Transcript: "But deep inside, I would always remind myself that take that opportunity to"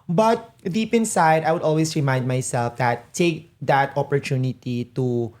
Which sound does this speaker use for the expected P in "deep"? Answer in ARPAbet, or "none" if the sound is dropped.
P